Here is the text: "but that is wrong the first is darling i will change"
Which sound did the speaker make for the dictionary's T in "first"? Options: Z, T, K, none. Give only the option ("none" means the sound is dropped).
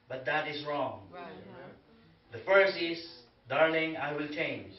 none